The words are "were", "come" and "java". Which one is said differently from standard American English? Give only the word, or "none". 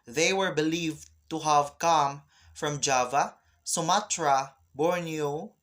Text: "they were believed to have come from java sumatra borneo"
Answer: none